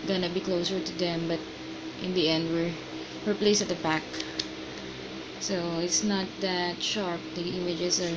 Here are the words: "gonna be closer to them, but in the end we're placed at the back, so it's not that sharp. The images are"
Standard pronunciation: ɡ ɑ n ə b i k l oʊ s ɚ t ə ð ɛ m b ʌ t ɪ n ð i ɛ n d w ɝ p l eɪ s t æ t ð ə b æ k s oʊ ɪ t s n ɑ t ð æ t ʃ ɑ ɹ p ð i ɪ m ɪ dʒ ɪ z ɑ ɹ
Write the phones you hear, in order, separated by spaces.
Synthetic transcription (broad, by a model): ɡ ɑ n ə b i k l oʊ s ɚ t ə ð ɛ m b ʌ t ɪ n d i ɛ n d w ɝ p l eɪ s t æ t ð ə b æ k s oʊ ɪ t s n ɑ t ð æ t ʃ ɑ ɹ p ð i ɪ m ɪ dʒ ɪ s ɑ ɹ